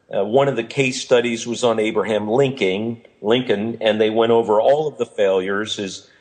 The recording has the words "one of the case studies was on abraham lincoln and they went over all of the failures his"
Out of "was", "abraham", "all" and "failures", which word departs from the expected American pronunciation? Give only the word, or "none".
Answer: none